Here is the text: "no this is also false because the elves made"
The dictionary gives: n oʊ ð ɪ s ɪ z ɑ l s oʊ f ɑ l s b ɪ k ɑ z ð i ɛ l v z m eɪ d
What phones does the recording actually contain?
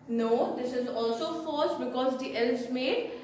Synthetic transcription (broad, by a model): n oʊ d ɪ s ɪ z ɑ l s oʊ f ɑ s b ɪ k ɑ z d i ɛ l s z m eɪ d